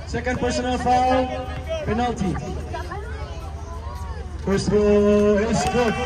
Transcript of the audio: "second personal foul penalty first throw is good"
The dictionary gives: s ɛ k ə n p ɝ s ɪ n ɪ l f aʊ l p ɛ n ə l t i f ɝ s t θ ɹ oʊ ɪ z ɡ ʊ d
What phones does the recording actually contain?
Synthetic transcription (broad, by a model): s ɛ k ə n p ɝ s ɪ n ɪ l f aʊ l p ɛ n ə l t i p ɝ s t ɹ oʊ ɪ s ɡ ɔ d